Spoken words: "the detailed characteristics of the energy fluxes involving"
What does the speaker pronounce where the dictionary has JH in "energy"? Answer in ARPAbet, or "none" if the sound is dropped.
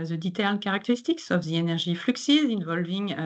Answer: ZH